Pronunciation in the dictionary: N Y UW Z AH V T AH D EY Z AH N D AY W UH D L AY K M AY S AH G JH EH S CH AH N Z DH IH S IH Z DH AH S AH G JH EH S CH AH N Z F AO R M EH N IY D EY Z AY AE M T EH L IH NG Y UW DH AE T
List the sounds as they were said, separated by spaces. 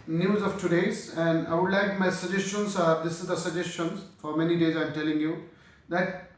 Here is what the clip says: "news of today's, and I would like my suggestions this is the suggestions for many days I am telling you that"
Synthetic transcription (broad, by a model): N Y UW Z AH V T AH D EY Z AH N D AY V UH D L AY K M AY S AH JH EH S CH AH N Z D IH S IH Z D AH S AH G JH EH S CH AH N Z F AO R M EH N IY D EY Z AY M T EH L IH NG Y UW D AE T